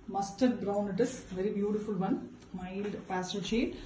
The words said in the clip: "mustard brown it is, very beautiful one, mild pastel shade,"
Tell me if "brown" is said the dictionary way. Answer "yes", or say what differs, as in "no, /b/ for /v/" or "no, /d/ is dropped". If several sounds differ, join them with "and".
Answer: yes